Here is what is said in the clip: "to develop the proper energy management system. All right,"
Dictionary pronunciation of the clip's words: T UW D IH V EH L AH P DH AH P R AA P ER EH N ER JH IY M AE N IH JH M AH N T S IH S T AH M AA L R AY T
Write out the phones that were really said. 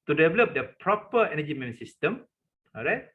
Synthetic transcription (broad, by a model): T UW D IH V EH L AH P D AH P R AA P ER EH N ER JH IY M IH M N S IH S T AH M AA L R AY T